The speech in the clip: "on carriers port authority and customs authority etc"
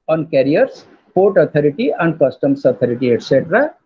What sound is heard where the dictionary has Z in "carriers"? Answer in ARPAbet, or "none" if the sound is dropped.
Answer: S